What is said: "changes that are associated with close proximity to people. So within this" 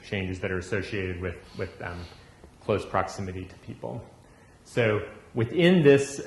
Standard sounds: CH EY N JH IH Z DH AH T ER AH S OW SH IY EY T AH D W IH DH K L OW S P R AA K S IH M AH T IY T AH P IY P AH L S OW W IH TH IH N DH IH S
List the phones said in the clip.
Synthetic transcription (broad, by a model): CH EY N JH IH Z DH AH T ER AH S OW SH IY EY T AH D W IH DH K L OW S P R AA K S IH M AH T IY T AH P IY P L S OW W IH TH IH N DH IH S